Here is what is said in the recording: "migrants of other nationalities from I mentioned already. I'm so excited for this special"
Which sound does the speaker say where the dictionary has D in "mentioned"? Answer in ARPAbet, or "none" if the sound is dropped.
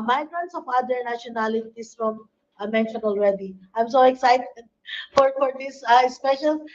none